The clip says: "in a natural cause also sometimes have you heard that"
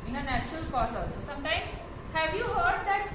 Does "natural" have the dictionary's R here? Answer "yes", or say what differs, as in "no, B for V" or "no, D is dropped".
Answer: yes